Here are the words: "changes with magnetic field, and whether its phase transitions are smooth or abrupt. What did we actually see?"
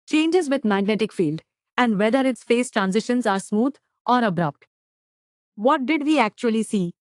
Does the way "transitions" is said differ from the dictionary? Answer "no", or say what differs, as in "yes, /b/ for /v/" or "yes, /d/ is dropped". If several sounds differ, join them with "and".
no